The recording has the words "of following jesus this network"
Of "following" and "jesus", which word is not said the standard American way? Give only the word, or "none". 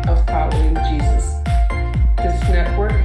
none